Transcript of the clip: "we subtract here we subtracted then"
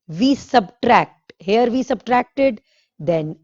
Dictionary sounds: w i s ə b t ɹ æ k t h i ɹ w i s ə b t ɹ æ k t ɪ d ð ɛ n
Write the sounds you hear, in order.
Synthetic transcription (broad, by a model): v i s ə b t ɹ æ k t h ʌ ɹ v i s ə b t ɹ æ k t ɪ d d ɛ n